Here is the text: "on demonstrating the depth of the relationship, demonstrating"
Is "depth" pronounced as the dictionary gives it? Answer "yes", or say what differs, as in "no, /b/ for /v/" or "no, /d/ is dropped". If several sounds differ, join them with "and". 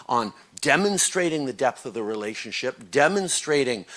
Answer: yes